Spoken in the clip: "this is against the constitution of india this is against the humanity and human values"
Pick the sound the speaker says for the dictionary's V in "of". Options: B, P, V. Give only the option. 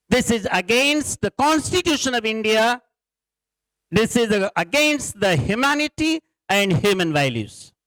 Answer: V